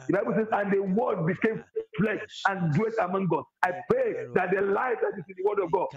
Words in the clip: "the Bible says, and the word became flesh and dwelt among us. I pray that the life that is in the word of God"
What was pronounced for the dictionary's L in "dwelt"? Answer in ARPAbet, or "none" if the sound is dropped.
none